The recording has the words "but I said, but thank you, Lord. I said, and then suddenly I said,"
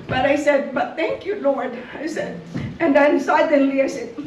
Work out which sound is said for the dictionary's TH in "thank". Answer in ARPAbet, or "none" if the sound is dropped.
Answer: TH